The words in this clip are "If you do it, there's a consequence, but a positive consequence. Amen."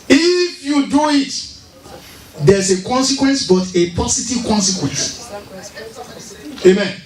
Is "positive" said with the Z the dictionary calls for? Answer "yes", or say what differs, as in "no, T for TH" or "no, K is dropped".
no, S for Z